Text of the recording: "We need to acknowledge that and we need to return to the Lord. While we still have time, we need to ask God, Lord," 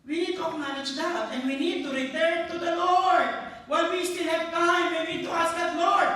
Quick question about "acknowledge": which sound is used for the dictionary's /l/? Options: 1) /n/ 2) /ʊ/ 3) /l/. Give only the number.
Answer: 1